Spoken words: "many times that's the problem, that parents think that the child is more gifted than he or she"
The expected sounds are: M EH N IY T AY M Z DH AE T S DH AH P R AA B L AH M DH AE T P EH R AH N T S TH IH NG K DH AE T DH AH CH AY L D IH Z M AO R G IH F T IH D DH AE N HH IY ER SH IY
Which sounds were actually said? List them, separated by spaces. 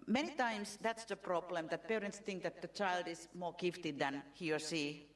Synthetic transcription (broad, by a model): M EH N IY T AY M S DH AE T S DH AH P R AA B L AH M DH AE T P EH R AH N T S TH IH NG K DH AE T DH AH CH AY L D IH S M AO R G IH F T IH D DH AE N HH IY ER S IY